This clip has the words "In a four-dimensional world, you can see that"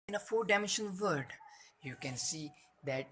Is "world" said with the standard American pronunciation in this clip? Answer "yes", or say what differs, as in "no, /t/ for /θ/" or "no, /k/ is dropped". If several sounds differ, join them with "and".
no, /l/ is dropped